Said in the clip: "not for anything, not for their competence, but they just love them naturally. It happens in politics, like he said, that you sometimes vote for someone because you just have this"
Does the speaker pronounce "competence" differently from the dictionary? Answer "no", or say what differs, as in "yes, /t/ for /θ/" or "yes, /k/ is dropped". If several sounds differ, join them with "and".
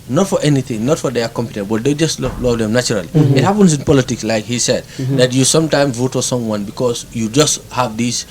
yes, /s/ is dropped